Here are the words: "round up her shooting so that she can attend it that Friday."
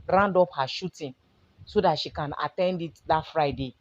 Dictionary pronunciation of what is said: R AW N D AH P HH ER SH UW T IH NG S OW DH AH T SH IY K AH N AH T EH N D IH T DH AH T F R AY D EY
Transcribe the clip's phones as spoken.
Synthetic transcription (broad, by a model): R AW N D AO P HH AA SH UW T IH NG S OW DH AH T SH IY K AH N AH T EH N D IH T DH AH T F R AY D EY